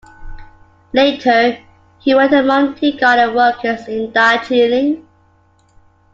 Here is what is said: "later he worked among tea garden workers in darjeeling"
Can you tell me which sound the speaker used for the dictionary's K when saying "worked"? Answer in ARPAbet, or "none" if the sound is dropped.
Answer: none